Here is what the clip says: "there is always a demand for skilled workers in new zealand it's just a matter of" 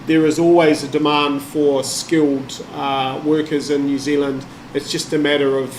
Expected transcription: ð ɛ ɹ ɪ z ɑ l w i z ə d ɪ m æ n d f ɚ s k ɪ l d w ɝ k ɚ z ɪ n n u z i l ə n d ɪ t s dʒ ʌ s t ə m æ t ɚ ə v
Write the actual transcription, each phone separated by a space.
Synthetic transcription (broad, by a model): ð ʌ ɹ ɪ z ɑ l w i z ə d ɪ m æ n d f ɚ s k ɪ l d w ɝ k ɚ z ɪ n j u z i l ə n d ɪ t s dʒ ʌ s t ə m æ t ɚ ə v